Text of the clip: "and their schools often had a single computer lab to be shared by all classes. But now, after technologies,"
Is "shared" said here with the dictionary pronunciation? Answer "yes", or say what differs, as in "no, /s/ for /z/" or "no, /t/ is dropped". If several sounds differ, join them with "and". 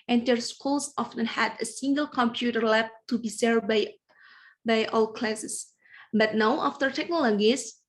no, /s/ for /ʃ/